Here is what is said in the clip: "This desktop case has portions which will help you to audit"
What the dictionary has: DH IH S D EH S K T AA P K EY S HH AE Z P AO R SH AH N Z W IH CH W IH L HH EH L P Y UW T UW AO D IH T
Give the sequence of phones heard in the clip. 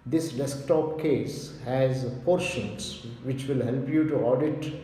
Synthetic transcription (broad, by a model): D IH S D EH S K T AA P K EY S HH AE Z P AO R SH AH N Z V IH CH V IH L HH EH L P Y UW T UW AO D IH T